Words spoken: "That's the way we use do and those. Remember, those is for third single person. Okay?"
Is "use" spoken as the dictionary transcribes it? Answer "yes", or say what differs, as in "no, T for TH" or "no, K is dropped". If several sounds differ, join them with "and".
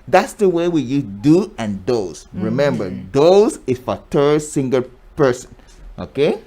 no, S is dropped